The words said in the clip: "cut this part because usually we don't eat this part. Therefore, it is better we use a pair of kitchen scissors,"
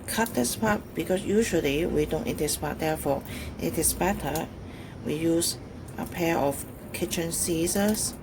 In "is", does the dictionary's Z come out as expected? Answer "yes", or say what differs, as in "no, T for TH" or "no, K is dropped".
no, S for Z